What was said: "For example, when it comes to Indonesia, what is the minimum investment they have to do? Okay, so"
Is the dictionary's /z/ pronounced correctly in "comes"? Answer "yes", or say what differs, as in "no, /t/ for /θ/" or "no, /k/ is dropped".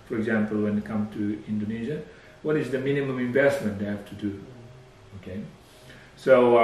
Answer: no, /z/ is dropped